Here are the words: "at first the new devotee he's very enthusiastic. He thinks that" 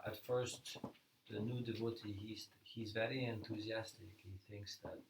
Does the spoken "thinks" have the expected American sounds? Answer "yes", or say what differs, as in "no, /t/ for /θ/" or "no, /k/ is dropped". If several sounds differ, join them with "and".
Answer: yes